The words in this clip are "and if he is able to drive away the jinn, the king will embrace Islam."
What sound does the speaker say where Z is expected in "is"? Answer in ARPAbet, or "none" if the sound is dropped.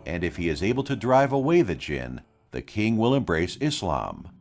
Z